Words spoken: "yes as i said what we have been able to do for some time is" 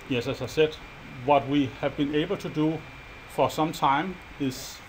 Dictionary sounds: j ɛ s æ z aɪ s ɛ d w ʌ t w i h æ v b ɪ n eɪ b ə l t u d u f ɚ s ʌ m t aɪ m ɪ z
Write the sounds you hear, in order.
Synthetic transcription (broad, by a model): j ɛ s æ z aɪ s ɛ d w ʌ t w i h æ v b ɪ n eɪ b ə l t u d u f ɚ s ʌ m t aɪ m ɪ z